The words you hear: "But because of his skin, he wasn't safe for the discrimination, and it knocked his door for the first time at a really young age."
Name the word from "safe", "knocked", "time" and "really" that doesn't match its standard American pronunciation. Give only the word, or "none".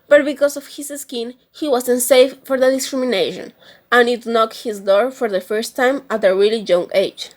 none